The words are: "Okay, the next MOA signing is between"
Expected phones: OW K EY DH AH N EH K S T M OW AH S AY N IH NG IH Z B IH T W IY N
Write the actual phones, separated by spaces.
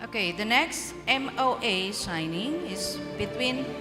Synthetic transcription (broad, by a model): OW K EY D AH N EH K S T M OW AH SH AY N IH NG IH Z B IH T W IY N